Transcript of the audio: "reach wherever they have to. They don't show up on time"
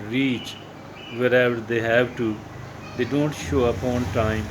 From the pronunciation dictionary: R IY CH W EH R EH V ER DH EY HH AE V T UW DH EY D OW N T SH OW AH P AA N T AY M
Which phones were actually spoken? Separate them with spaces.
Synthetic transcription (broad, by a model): R IY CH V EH R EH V ER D EY HH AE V T UW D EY D OW N T SH OW AH P AA N T AY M